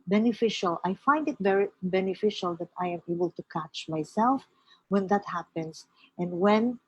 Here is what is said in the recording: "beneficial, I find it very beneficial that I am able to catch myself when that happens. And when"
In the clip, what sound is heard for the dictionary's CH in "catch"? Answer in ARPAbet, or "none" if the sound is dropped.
CH